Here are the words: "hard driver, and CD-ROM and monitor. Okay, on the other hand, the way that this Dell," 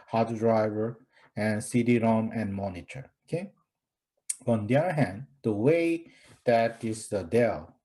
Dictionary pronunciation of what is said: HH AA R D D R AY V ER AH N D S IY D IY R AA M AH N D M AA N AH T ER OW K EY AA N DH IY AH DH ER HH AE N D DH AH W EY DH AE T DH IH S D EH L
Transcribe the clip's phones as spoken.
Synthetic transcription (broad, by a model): HH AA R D D R AY V ER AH N S IY D IY R AA M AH N M AA N AH T ER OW K EY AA N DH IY AH DH ER HH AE N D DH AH W EY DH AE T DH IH D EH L